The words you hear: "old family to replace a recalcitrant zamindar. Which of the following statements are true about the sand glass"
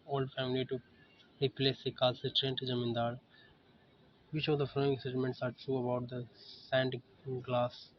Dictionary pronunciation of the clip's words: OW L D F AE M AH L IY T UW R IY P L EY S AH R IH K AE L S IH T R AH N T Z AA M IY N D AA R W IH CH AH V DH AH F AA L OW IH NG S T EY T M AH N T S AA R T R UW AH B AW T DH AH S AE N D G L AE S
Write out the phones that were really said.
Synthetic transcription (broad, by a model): OW L D F AE M AH L IY T UW R IY P L EY S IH K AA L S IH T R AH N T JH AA M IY N D AA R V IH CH AH V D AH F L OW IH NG S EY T M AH N T S AA R T R UW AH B AW T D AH S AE N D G L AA S